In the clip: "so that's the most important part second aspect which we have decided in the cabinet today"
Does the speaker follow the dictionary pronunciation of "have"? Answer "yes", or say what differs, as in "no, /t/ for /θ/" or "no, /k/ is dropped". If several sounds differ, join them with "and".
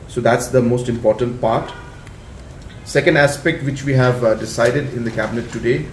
yes